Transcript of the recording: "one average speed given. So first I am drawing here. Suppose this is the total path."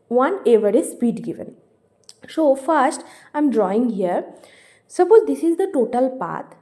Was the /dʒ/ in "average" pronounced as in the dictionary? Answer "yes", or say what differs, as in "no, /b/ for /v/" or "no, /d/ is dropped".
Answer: no, /z/ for /dʒ/